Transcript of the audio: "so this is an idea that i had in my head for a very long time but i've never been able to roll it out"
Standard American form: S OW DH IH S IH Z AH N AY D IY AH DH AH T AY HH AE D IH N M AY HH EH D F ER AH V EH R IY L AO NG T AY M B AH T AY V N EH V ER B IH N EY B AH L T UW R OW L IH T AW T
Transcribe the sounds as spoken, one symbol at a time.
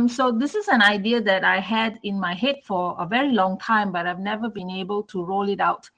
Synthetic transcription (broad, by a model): S OW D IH S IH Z AH N AY D IY AH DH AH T AY HH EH D IH N M AY HH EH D F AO AH V EH R IY L AO NG T AY M B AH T AY V N EH V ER B IH N EY B AH L T UW R OW L IH T AW T